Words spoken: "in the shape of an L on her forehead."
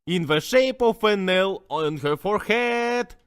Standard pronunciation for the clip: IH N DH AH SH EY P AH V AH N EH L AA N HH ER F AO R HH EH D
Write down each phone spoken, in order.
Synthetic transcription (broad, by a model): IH N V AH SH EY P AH F AH N EH L AA N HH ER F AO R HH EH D